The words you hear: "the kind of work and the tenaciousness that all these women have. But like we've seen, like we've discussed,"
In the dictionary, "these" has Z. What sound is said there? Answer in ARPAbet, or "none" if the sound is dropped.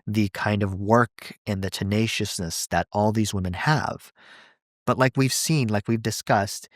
Z